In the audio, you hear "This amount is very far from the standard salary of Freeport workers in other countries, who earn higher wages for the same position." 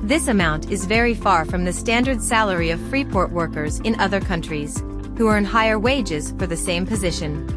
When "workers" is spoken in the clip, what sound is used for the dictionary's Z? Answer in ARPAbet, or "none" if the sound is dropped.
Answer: Z